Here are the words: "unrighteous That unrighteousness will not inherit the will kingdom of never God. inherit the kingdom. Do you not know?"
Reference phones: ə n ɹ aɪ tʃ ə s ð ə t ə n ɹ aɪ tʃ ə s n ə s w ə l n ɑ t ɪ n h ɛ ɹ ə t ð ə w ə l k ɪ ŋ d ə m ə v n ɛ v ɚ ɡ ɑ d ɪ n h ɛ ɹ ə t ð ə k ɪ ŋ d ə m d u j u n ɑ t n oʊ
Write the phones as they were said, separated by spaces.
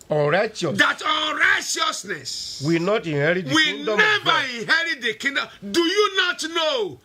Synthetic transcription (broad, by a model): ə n ɹ aɪ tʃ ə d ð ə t ə n ɹ aɪ tʃ ə s n ə s w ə n ɑ t ɪ n h ɛ ɹ ə t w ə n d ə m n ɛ v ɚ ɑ ɪ n h ɛ ɹ ə t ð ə k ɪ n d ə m d u j u n ɑ t n oʊ